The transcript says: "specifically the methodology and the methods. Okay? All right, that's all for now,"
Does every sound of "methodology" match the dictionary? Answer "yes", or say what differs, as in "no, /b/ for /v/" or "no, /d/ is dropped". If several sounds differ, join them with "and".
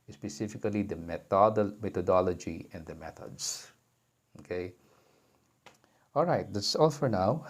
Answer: no, /t/ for /θ/